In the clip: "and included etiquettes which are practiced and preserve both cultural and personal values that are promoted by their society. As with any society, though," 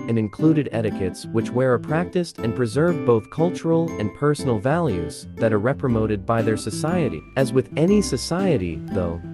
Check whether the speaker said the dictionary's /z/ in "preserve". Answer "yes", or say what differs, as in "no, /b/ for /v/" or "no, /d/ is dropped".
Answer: yes